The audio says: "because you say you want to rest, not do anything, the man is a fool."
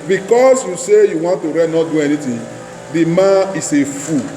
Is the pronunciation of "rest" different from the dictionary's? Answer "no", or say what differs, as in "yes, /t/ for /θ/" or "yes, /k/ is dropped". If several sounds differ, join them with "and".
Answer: yes, /s/ is dropped